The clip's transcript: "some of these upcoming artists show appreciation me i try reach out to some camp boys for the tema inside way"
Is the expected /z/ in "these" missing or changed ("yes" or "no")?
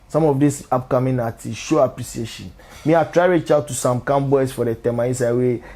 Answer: yes